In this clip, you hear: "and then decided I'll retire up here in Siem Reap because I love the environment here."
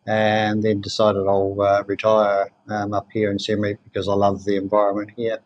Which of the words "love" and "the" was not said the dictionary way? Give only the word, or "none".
none